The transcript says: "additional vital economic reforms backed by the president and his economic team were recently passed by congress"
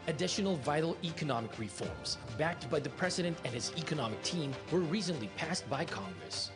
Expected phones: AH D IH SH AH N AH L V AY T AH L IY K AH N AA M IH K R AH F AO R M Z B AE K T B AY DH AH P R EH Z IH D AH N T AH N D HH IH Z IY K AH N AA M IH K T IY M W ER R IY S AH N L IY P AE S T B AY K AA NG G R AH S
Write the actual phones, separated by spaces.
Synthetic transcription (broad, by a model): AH D IH SH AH N L V AY T L IY K AH N AA M IH K R AH F AO R M Z B AE K T B AY DH AH P R EH Z IH D AH N T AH N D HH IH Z IY K AH N AA M IH K T IY M W ER R IY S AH N L IY P AE S T B AY K AA NG G R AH S